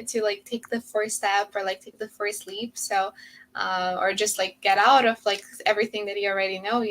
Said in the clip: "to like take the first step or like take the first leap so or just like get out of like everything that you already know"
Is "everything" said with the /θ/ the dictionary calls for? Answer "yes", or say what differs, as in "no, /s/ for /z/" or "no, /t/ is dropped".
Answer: yes